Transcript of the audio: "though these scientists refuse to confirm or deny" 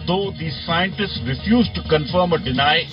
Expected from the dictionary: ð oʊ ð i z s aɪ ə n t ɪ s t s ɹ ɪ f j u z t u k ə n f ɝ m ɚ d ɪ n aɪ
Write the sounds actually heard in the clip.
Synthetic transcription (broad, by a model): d oʊ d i s aɪ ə n t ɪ s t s ɹ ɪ f j u z t u k ə n f ɝ m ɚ d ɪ n aɪ